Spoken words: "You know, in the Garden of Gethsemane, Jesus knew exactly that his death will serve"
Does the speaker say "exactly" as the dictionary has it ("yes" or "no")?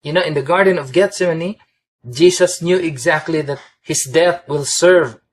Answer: yes